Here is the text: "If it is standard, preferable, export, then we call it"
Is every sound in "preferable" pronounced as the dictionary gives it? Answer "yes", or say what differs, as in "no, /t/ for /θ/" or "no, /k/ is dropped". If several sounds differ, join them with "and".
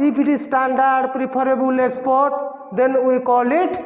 no, /p/ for /f/